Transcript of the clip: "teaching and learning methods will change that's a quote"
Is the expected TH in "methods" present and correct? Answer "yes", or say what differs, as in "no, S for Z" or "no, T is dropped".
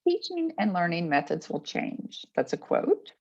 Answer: yes